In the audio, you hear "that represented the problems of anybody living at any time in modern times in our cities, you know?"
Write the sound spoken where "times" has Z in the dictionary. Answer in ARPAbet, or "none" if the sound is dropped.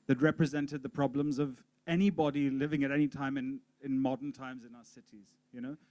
Z